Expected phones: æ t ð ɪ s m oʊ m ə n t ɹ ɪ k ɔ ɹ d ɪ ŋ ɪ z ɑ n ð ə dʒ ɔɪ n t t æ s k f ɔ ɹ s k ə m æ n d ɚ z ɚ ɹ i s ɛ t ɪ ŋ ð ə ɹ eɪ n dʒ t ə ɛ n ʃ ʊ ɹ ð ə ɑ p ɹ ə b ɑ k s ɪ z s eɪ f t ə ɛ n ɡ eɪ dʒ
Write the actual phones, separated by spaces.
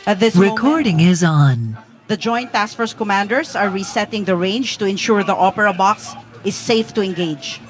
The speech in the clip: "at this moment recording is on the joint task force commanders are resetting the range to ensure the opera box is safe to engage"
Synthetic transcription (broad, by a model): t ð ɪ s ɹ ɪ k ɔ ɹ d ɪ ŋ ɪ z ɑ n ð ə dʒ ɔɪ n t t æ s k f ɔ ɹ s k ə m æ n d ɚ s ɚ ɹ i s ɛ t ɪ ŋ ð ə ɹ eɪ n dʒ t ə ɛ n ʃ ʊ ɹ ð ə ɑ p ɹ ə b ɑ k s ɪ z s eɪ f t ə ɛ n ɡ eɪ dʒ